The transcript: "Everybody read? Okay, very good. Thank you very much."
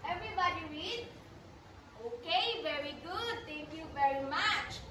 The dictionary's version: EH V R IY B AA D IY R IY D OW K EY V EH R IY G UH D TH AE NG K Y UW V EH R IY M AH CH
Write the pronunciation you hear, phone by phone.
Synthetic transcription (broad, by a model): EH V R IY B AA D IY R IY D OW K EY V EH R IY G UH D T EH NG K Y UW V EH R IY M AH CH